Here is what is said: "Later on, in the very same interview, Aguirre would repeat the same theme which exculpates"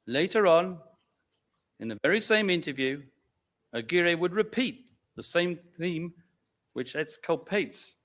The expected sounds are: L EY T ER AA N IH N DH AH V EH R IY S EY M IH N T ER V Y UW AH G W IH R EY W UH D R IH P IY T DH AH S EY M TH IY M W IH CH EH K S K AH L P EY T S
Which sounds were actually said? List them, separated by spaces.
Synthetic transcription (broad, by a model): L EY T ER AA N IH N DH AH V EH R IY S EY M IH N T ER V Y UW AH G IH R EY W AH D R IH P IY T DH AH S EY M TH IY M W IH CH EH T S K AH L P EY T S